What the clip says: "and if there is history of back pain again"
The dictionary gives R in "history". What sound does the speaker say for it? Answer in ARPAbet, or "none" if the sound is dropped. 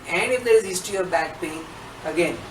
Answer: none